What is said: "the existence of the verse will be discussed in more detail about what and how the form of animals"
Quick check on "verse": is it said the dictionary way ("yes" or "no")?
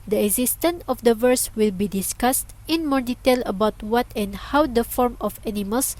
yes